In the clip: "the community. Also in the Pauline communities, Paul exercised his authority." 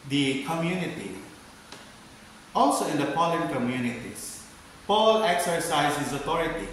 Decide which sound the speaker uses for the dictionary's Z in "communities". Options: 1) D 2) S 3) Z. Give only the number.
2